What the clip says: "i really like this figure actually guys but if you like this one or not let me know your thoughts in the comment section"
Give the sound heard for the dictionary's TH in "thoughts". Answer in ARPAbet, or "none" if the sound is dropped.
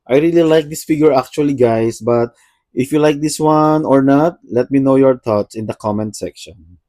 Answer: T